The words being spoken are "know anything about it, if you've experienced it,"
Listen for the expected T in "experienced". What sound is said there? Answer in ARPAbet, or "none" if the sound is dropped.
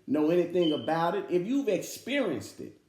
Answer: T